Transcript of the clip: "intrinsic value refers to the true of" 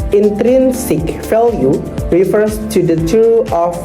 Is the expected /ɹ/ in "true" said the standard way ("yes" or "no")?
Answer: no